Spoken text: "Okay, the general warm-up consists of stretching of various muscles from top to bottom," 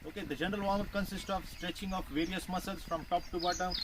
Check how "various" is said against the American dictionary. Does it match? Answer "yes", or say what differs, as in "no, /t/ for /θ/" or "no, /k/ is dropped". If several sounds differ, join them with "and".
yes